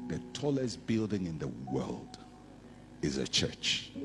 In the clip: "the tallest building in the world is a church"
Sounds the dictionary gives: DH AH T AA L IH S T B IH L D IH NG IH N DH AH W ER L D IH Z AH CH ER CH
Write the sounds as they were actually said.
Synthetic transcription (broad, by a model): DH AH T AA L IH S B IH L D IH NG IH N DH AH W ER L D IH Z AH CH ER CH